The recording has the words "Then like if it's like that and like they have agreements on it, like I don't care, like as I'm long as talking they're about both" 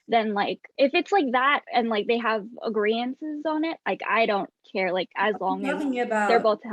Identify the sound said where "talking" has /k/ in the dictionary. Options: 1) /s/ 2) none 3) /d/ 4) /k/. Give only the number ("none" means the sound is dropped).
2